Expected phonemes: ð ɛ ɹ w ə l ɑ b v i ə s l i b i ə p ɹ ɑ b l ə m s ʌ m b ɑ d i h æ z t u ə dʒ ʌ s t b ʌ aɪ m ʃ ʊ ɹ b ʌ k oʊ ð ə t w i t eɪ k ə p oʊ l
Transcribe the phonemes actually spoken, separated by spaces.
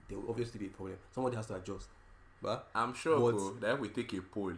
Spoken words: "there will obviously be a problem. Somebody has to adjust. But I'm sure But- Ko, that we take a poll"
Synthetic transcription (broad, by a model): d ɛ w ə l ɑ v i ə s l i b i ə p ɹ ɑ b l ə m s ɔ m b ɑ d i h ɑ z t u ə dʒ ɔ s t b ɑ aɪ m ʃ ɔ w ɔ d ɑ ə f w i t eɪ k ə p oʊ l